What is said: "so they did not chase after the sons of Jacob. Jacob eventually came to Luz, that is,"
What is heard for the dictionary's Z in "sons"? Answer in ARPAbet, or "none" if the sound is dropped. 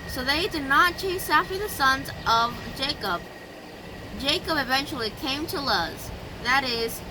Z